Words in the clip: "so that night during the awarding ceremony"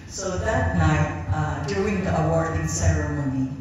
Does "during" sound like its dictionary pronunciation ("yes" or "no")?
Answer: no